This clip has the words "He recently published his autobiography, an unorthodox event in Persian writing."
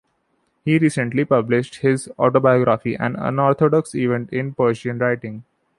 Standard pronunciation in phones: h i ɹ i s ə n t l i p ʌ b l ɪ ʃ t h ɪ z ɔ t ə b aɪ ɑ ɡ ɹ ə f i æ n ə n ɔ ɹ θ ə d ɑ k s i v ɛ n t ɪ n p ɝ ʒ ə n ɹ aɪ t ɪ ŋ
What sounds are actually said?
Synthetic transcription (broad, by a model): h i ɹ i s ə n t l i p ʌ b l ɪ ʃ t h ɪ z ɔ t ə b aɪ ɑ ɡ ɹ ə f i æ n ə n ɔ ɹ t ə d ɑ k s i v ɛ n t ɪ n p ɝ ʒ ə n ɹ aɪ t ɪ ŋ